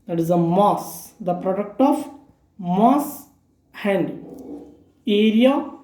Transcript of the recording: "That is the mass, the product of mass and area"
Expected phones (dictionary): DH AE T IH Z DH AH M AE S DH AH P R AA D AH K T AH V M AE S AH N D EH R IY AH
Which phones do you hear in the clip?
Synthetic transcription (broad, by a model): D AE T IH Z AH M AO S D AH P R AA D AH K T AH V M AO S AH N D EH R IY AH